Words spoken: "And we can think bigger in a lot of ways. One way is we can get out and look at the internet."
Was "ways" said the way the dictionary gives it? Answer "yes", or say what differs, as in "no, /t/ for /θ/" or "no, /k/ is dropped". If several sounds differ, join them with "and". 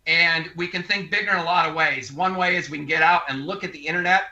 yes